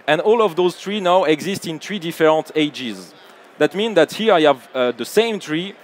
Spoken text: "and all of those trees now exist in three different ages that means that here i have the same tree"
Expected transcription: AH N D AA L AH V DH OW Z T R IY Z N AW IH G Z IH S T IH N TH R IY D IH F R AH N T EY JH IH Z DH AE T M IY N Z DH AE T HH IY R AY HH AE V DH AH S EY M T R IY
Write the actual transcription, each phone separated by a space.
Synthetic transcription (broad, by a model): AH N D AA L AH V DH OW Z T R IY N AW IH G Z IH S T IH N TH R IY D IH F R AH N T EY JH IH Z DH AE T M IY N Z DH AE T HH IY R AY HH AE V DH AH S EY M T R IY